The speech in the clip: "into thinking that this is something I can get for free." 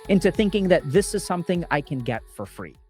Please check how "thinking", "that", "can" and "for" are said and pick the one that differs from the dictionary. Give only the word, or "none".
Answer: none